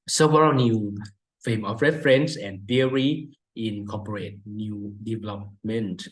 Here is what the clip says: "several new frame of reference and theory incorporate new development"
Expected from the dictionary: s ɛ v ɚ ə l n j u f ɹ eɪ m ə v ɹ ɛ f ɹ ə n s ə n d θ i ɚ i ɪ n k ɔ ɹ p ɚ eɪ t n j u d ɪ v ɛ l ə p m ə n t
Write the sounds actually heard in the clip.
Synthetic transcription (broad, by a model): s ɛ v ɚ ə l n j u f eɪ m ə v ɹ ɛ f ɹ ə n s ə n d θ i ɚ i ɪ n k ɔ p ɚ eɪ t n j u d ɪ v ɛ l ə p m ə n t